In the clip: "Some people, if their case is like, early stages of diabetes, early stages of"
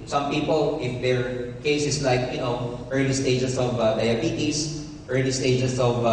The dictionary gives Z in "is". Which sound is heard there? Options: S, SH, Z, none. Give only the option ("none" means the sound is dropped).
S